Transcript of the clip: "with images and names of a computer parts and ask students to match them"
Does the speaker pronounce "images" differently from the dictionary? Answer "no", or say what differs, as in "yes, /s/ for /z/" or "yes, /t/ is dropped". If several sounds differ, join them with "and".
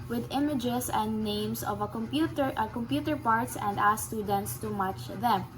yes, /s/ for /z/